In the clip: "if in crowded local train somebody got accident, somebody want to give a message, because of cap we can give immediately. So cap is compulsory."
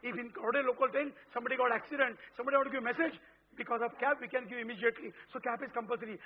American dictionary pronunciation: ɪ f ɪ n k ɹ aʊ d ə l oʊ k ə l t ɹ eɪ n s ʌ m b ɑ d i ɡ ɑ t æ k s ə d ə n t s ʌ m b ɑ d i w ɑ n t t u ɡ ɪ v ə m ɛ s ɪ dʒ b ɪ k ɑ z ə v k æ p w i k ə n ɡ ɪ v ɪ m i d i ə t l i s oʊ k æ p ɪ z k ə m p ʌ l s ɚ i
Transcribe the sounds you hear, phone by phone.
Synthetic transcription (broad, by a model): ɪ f ɪ n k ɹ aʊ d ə l oʊ k ə l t eɪ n s ʌ m b ɑ d i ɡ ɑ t æ k s ə d ə n t s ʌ m b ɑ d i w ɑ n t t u ɡ ɪ v m ɛ s ɪ dʒ b ɪ k ɑ z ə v k æ p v i k ə n ɡ ɪ v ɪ m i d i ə t l i s oʊ k æ p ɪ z k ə m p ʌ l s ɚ i